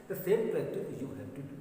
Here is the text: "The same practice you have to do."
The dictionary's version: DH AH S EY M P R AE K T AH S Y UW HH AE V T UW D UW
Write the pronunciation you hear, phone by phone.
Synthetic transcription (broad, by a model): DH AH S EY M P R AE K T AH Y UW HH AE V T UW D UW